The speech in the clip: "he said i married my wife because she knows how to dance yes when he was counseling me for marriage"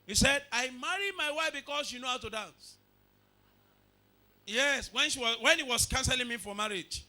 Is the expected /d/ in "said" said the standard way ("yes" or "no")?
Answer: yes